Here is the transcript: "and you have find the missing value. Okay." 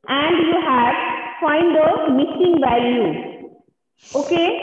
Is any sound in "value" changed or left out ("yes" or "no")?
yes